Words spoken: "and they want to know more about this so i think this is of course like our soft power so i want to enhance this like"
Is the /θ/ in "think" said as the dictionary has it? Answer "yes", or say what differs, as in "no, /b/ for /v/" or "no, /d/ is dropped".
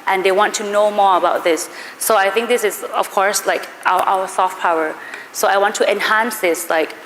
yes